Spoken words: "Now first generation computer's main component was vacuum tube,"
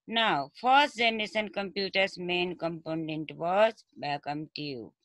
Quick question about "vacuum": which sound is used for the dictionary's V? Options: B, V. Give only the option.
B